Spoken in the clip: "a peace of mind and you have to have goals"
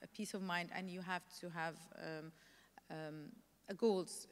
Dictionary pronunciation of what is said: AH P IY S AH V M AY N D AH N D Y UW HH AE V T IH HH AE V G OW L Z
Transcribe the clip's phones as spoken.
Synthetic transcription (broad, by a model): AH P IY S AH V M AY N D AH N Y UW HH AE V T IH HH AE V G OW L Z